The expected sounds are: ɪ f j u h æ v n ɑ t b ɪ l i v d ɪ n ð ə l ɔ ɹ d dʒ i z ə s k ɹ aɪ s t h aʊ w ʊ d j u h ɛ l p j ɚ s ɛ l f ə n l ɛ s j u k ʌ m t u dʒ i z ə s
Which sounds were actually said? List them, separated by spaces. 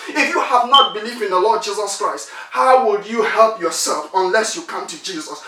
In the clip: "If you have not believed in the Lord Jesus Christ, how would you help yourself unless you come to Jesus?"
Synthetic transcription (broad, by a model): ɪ f j u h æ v n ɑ t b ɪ l i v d ɪ n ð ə l ɔ d dʒ i z ə s k ɹ aɪ s t h aʊ w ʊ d j u h ɛ l p j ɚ s ɛ l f ə n l ɛ s j u k ʌ m t u dʒ i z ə s